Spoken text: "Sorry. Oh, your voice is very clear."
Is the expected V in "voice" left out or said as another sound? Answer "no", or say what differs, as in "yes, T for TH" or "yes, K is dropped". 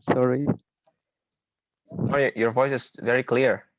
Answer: no